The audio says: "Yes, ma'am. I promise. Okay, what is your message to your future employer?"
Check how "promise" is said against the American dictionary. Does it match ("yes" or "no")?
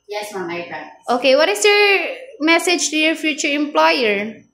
no